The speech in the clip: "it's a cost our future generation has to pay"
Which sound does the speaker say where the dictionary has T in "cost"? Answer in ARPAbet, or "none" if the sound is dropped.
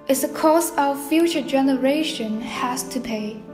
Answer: none